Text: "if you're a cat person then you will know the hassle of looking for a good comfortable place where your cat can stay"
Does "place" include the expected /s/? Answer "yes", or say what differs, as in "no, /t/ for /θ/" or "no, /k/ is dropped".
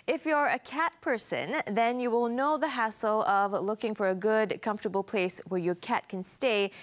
yes